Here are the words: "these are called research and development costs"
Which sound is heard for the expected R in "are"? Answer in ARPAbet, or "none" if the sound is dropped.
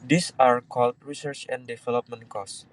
R